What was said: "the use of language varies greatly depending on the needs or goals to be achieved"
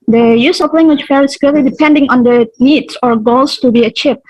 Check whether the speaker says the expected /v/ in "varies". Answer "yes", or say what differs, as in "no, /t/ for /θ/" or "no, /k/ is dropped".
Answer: no, /f/ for /v/